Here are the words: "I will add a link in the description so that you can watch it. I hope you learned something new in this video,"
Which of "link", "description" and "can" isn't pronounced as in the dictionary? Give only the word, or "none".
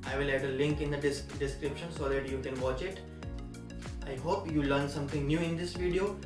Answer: none